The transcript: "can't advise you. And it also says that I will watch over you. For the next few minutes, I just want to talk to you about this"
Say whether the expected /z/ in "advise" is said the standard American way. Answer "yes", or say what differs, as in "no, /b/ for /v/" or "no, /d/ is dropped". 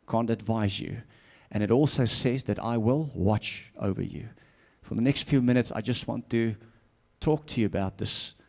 yes